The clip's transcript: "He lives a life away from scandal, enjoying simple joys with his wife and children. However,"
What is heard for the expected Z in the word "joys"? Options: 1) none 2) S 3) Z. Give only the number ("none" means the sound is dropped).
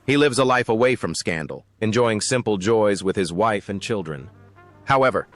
3